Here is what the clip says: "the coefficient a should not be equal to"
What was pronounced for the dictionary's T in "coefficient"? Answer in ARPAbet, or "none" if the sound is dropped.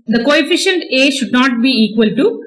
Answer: T